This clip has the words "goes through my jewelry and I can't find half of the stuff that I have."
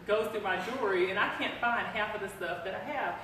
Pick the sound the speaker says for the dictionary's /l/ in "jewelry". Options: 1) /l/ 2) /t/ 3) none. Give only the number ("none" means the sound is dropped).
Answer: 3